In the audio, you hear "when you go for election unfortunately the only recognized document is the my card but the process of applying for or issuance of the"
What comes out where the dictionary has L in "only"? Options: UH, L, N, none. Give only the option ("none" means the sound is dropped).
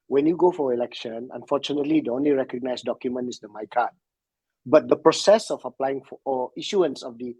L